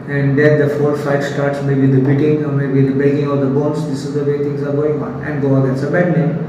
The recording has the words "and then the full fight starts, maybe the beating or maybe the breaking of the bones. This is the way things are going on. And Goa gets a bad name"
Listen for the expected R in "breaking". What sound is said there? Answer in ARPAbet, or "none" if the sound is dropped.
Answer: none